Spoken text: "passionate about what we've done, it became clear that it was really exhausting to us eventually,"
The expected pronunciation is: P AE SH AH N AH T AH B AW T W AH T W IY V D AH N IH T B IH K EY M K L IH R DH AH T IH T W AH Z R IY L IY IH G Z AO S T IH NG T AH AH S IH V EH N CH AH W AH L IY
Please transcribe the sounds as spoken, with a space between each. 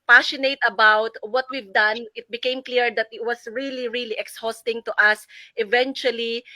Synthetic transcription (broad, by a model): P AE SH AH N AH T AH B AW T W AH T W IY V D AH N IH T B IH K EY M K L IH R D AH T IH T W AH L R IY L IY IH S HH AO S T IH NG T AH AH S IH V EH N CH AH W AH L IY